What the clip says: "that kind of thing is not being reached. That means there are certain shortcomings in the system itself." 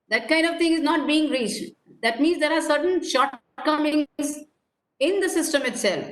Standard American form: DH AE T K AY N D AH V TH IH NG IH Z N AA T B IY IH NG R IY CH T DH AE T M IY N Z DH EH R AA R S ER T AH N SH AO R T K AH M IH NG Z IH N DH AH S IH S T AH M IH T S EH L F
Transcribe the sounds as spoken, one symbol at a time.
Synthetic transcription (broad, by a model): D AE T K AY N D AH V T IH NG IH Z N AA T B IY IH NG R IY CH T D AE T M IY N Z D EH R AA R S ER T AH N SH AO R T K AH M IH NG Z IH N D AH S IH S T AH M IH T S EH L F